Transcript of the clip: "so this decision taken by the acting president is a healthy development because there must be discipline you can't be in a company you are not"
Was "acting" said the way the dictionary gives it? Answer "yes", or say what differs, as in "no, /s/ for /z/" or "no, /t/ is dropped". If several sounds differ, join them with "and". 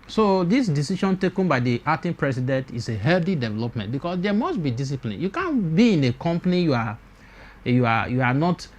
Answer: no, /k/ is dropped